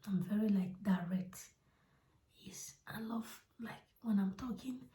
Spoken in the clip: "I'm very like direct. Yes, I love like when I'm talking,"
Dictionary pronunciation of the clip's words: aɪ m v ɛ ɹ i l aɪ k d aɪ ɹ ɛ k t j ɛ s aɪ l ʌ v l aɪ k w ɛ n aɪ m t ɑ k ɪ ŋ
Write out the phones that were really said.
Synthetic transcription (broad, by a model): aɪ m v ɛ ɹ i l aɪ k d aɪ ɹ ɛ k t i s aɪ l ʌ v l aɪ k w ɛ n aɪ m t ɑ k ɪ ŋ